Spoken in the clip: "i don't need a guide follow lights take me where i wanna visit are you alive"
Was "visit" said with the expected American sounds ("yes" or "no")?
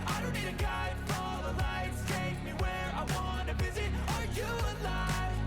yes